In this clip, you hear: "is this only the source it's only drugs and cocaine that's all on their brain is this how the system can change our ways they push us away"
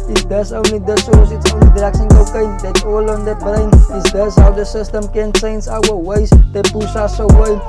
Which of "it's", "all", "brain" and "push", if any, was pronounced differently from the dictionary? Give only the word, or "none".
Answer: push